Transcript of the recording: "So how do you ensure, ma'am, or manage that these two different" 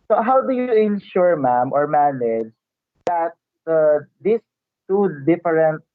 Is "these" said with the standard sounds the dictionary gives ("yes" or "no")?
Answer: no